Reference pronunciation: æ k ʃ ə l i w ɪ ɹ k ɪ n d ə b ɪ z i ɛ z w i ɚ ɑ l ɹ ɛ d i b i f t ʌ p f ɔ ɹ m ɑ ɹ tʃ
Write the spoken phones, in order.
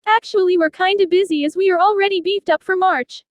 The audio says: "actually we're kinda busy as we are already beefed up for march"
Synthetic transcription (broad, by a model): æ k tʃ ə l i w ɪ ɹ k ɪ n d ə b ɪ z i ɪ z w i ɚ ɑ l ɹ ɛ d i b i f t ʌ p f ɔ ɹ m ɑ ɹ tʃ